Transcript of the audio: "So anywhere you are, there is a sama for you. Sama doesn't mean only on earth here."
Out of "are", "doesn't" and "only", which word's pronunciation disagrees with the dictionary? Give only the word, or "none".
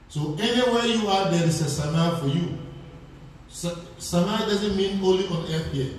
only